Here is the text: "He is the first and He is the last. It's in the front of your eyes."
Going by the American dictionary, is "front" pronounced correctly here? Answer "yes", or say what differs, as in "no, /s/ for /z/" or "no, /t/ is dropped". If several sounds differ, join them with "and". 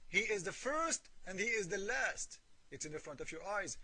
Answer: yes